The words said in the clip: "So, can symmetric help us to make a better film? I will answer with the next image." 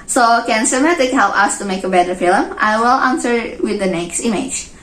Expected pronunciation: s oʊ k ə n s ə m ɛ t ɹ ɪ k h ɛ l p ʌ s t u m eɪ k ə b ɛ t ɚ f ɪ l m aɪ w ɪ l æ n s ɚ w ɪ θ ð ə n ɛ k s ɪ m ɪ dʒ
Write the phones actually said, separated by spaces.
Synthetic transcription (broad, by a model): s oʊ k ə n s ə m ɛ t ɪ k h ɛ l p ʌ s t u m eɪ k ə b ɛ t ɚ f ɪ l m aɪ w ɪ l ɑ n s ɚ w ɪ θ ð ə n ɛ k s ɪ m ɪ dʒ